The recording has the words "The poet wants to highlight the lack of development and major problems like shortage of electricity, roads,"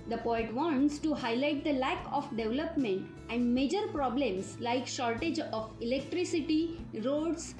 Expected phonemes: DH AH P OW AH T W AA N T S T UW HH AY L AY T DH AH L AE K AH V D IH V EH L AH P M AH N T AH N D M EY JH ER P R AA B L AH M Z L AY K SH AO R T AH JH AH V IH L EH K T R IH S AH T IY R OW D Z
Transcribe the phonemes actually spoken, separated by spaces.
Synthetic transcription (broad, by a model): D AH P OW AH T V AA N T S T UW HH AY L AY T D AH L AE K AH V D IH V L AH P M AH N T AH N D M EY JH ER P R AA B L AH M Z L AY K SH AO R T AH JH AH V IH L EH K T R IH S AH T IY R OW D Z